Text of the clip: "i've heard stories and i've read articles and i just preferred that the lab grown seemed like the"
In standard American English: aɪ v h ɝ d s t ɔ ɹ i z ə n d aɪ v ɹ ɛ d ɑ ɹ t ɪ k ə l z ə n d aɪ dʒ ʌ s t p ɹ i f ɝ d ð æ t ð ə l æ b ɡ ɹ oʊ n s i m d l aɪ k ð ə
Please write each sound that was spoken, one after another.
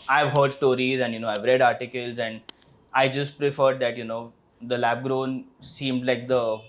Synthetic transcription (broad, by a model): aɪ v h ɝ d s t ɔ ɹ i z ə n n aɪ v ɹ ɛ d ɑ ɹ t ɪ k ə l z ə n d aɪ dʒ ʌ s t p ɹ i f ɝ d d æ t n ə l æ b ɡ ɹ oʊ n s i m d l aɪ k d ə